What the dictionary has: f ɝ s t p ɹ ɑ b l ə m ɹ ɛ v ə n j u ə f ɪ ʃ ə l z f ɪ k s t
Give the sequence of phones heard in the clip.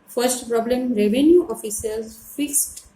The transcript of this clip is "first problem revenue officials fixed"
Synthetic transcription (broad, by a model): f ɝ s t p ɹ ɑ b l ə m ɹ ɛ v ə n j u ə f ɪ s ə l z f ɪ k s t